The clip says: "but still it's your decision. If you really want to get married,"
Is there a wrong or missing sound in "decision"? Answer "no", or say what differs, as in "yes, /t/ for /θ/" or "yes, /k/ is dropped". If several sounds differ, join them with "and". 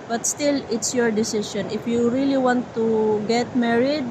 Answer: yes, /ʃ/ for /ʒ/